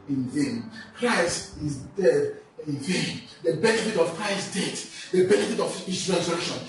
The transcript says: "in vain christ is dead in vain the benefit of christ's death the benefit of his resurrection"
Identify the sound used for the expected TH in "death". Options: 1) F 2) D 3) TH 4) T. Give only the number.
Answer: 4